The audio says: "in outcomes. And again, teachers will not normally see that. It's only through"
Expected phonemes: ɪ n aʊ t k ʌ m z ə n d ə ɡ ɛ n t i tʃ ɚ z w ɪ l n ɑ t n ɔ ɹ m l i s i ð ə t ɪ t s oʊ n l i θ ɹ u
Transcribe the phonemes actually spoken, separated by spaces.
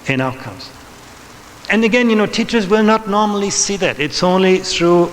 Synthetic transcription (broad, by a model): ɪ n aʊ t k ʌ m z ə n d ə ɡ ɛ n t i tʃ ɚ z w ɪ l n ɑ t n ɔ ɹ m l i s i ð ə t ɪ t s oʊ n l i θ ɹ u